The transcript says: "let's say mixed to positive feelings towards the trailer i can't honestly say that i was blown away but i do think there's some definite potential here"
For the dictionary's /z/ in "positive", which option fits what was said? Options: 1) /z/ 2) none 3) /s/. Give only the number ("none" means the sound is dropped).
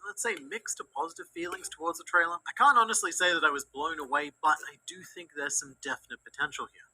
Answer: 1